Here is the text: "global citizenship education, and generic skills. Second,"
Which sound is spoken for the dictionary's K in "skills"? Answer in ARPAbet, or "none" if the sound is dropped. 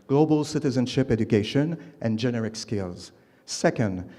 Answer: K